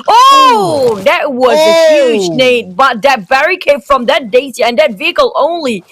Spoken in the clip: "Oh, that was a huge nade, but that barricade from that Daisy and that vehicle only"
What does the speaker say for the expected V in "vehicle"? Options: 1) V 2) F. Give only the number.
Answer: 1